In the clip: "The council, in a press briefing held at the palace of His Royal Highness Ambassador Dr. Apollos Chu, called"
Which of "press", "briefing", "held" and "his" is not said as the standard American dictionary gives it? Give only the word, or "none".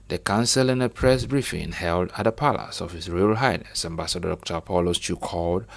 his